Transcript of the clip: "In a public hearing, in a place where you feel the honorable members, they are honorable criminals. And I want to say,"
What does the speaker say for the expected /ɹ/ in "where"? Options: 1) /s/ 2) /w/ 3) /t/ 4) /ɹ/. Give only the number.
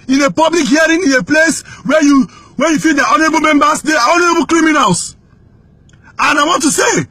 2